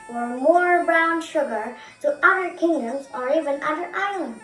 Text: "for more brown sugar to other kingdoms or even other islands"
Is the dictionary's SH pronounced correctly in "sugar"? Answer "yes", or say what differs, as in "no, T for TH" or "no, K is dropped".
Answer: yes